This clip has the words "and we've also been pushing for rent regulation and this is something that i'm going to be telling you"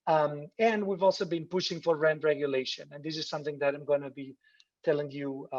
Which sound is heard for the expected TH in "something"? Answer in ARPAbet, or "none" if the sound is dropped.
TH